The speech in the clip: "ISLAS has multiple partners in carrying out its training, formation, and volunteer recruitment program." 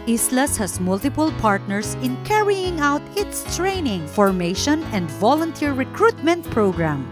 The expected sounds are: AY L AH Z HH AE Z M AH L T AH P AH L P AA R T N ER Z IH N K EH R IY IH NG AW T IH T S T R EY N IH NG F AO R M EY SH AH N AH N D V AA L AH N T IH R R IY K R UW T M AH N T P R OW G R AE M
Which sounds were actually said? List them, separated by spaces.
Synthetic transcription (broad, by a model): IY L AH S HH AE S M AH L T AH P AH L P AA R T N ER S IH N K EH R IY IH NG AW T IH T S T R EY N IH NG F AO R M EY SH AH N AH N D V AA L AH N T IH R R IY K R UW T M AH N T P R OW G R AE M